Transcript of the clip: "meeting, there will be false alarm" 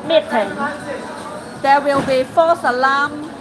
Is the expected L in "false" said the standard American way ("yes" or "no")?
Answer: no